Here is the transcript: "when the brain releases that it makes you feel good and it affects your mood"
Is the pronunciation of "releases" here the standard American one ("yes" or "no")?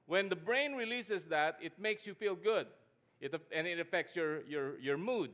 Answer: no